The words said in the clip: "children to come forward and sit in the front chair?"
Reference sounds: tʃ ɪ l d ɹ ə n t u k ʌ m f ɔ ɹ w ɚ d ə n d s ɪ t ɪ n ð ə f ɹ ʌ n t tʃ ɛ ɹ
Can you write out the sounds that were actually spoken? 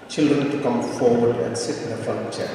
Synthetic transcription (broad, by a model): tʃ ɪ l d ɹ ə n t u k ʌ m f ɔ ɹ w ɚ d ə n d s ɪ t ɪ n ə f ʌ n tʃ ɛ